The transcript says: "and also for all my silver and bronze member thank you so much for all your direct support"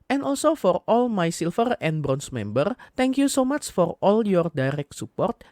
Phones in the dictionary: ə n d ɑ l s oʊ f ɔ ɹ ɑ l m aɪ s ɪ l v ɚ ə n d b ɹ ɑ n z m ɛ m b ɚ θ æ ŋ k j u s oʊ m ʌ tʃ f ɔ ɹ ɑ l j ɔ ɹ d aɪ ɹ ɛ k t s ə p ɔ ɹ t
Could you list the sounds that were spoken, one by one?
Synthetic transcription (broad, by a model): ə n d ɑ l s oʊ f ɔ ɹ ɑ l m aɪ s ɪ l f ɚ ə n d b ɹ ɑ n s m ɛ m b ɚ t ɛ ŋ k j u s oʊ m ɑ tʃ f ɔ ɹ ɑ l j ɔ ɹ d aɪ ɹ ɛ k t s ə p ɔ ɹ t